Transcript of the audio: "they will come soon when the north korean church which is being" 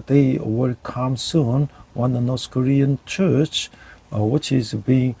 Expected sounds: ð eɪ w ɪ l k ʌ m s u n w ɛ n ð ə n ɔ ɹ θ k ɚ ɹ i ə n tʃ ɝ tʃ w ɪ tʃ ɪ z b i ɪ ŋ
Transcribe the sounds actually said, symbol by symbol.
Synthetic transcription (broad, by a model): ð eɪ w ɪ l k ʌ m s u n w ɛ n ð ə n ɔ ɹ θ k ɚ ɹ i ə n tʃ ɝ tʃ w ɪ tʃ ɪ z b i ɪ ŋ